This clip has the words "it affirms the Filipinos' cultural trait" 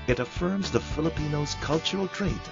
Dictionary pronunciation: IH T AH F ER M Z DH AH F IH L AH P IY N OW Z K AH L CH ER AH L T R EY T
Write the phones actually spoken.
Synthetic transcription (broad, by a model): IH T AH F ER M Z DH AH F IH L AH P IY N OW Z K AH L CH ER L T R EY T